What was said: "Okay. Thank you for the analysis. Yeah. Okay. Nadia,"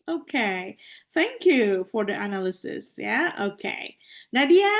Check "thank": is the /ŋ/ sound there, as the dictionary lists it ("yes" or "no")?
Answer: yes